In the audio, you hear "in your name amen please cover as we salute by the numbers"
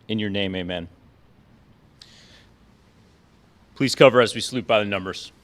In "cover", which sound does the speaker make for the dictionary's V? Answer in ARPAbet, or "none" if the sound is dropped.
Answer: V